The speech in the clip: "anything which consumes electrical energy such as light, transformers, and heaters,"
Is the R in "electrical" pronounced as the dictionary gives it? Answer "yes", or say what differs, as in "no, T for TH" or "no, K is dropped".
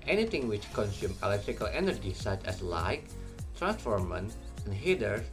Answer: yes